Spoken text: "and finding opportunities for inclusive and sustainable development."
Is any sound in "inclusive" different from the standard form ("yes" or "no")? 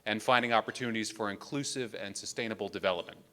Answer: no